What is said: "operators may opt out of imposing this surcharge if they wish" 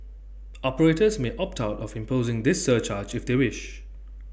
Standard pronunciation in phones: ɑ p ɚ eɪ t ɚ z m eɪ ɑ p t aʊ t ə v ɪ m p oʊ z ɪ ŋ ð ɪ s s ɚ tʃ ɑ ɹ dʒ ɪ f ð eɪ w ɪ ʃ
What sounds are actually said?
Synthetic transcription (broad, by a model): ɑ p ɚ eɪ t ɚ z m eɪ ɑ p t aʊ t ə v ɪ m p oʊ z ɪ ŋ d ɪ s s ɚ tʃ ɑ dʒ ɪ f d eɪ w ɪ ʃ